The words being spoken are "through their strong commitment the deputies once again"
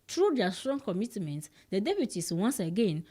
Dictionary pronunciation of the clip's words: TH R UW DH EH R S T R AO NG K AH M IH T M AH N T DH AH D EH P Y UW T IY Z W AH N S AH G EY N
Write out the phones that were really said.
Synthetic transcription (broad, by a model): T R UW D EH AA S T R AO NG K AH M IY T M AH N T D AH D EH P Y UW T IY S W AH N S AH G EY N